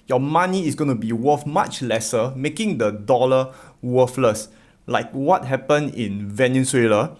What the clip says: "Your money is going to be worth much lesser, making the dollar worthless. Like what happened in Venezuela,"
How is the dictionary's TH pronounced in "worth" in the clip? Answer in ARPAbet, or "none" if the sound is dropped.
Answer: F